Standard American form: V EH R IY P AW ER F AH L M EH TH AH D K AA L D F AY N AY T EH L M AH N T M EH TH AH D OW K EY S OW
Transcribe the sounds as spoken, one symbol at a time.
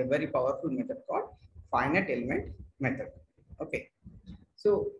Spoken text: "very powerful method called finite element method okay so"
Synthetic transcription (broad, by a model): V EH R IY P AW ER F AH L M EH T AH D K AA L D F AY N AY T EH L M AH N T M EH T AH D OW K EY S OW